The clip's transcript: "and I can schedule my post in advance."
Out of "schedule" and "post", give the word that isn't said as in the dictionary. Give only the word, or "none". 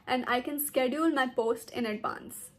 none